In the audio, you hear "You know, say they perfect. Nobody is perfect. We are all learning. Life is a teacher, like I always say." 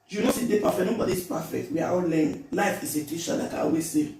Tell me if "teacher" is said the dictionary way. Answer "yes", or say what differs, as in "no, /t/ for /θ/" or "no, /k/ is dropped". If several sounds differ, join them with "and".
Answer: no, /ʃ/ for /tʃ/